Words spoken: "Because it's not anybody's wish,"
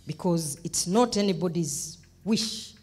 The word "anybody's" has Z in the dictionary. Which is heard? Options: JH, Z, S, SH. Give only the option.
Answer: Z